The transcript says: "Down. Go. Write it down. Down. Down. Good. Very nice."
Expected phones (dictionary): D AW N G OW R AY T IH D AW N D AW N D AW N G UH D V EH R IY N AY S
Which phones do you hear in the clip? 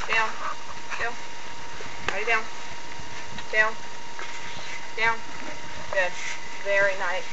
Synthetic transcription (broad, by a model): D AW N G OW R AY IH D AW N D AW N D AW N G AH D V EH R IY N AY